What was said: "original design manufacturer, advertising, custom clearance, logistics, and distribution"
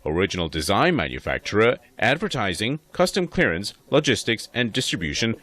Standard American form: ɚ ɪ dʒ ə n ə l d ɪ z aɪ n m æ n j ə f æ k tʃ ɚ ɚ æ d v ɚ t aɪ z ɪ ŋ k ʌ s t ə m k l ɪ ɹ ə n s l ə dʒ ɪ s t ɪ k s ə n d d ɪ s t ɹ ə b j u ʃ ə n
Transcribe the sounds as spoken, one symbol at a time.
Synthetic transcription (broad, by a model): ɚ ɪ dʒ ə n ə l d ɪ z aɪ n m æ n j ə f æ k tʃ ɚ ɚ æ d v ɚ t aɪ z ɪ ŋ k ʌ s t ə m k l ɪ ɹ ə n s l ə dʒ ɪ s t ɪ k s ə n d d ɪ s t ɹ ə b j u ʃ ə n